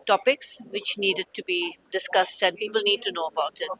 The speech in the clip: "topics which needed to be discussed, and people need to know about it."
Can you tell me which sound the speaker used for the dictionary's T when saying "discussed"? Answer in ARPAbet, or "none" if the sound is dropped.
T